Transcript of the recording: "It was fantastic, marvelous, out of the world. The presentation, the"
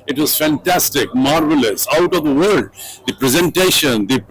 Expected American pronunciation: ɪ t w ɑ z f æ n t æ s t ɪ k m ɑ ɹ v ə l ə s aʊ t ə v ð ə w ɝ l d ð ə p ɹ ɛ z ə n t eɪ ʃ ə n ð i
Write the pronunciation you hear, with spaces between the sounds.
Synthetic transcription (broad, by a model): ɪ t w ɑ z f æ n t æ s t ɪ k m ɑ ɹ v ə l ə s aʊ t ə v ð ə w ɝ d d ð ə p ɹ ɛ z ə n t eɪ ʃ ə n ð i